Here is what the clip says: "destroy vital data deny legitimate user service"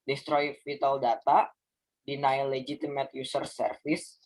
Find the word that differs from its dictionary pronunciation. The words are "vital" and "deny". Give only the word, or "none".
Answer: vital